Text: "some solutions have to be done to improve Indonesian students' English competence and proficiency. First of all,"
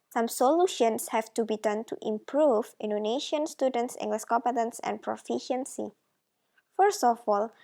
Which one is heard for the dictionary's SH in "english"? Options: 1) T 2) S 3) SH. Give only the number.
2